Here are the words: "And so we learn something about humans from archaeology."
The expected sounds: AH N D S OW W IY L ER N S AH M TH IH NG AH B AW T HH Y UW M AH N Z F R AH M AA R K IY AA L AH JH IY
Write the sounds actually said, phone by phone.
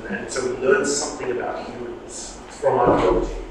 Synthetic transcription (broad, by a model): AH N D S OW W IY L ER N S AH M TH IH NG AH B AW T HH Y UW M AH N Z F R AH M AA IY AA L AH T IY